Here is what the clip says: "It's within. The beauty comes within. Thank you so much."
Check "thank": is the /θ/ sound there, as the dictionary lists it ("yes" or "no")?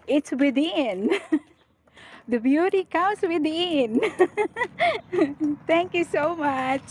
no